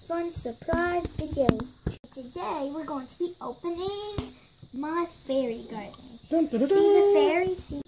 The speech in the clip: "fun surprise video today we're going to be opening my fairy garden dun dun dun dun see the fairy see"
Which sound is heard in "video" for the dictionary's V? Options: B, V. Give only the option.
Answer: B